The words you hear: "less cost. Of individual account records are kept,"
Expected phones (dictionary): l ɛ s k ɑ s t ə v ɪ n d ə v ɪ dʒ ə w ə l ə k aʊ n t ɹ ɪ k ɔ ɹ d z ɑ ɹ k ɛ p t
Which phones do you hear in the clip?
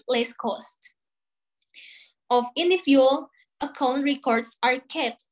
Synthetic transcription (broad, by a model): l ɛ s k ɑ s t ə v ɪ n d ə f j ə l ə k aʊ n t ɹ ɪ k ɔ ɹ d s ɑ ɹ k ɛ p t